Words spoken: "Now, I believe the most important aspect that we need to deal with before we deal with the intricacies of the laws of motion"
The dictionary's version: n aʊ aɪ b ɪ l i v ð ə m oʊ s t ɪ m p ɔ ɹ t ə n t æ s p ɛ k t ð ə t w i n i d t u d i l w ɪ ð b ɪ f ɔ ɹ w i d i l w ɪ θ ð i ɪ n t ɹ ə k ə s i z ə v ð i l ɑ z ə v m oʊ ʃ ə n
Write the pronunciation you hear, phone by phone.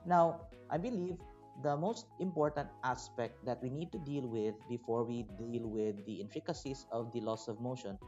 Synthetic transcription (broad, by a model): n aʊ aɪ b ɪ l i v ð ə m oʊ s t ɪ m p ɔ ɹ t ə n t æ s p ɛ k t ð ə t w i n i d t u d i l w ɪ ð b ɪ f ɔ ɹ w i d i l w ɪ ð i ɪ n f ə k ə s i s ə v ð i l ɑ s ə v m oʊ ʃ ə n